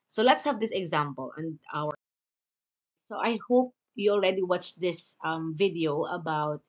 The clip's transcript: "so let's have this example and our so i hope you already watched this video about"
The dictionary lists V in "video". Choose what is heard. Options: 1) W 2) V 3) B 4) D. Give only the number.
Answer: 2